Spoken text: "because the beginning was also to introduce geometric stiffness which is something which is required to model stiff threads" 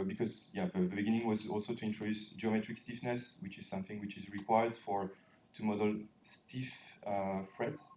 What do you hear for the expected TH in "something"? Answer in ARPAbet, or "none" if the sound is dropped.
TH